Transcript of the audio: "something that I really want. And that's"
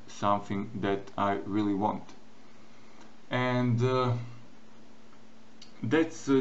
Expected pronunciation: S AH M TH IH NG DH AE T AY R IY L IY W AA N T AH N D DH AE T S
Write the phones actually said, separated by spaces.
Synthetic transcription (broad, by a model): S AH M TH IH NG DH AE T AY R IY L IY W AA N T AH N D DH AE T S